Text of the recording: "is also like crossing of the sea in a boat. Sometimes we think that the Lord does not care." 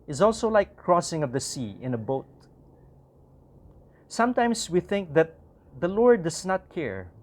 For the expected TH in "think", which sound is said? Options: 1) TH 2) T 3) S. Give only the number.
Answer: 1